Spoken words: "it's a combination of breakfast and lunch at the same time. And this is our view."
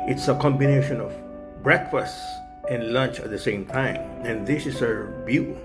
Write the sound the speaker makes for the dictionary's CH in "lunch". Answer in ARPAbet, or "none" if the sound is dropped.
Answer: CH